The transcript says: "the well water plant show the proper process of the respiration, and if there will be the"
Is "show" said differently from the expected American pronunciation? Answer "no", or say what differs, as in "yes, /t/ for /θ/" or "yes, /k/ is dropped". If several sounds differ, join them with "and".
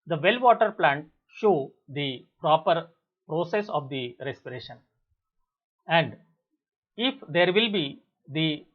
no